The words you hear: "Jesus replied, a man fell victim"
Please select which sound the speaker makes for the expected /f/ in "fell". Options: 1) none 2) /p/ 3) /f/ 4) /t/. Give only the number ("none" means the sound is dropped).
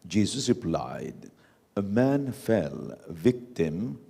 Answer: 3